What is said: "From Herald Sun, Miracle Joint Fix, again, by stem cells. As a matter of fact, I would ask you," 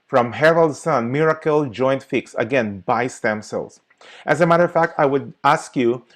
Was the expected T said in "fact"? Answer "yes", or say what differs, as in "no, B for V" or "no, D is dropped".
yes